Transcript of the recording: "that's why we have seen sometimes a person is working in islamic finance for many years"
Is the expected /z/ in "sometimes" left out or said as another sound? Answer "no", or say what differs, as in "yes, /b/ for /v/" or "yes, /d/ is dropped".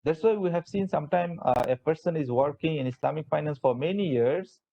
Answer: yes, /z/ is dropped